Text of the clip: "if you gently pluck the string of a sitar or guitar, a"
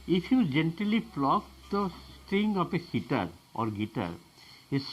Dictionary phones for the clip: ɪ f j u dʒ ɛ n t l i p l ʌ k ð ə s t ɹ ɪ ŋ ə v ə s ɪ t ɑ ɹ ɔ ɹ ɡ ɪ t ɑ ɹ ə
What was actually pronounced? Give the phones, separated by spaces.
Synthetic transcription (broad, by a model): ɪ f j u dʒ ɛ n t l i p l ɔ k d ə s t ɹ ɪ ŋ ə p ə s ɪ t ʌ ɹ ɔ ɹ ɡ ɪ t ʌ ɹ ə